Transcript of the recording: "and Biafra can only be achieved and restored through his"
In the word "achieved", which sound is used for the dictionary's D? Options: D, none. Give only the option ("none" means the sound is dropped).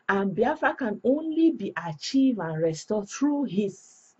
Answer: none